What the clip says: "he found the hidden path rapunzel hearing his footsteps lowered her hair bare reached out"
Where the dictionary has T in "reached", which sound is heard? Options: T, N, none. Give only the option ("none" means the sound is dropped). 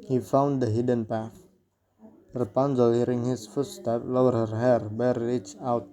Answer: none